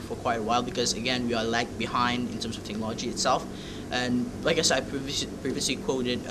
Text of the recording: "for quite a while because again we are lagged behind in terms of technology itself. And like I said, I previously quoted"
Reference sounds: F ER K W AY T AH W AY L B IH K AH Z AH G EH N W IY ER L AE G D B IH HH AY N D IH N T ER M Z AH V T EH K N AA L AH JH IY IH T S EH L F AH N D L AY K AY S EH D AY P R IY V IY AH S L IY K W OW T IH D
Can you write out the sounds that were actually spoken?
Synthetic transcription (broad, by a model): F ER K W AY T AH W AY L B IH K AH Z AH G EH N W IY ER L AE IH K B IH HH AY N D IH N T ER M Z AH V T EH K N AA L AH JH IY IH T S EH L F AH N L AY K AY S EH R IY P R IY V IY AH S L IY K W OW T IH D